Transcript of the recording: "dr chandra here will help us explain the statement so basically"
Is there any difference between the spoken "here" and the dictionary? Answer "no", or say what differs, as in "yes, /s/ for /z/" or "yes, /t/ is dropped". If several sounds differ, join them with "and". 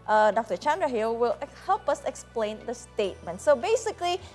yes, /l/ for /ɹ/